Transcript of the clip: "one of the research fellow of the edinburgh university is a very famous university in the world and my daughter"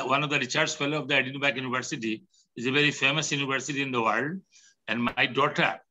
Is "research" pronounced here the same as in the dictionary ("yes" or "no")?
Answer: no